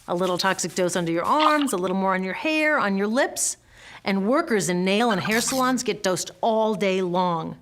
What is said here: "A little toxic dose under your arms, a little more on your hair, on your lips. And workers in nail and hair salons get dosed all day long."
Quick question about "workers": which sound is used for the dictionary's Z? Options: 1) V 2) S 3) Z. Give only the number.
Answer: 3